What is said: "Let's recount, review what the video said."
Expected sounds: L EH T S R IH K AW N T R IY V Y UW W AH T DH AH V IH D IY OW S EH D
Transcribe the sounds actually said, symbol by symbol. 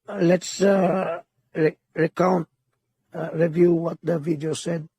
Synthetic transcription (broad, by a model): L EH T S R IH K AW N T R IY V Y UW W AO T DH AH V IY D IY OW S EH D